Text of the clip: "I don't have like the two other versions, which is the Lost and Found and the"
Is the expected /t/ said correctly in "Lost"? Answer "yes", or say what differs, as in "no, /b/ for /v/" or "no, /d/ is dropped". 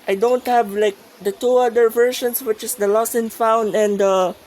no, /t/ is dropped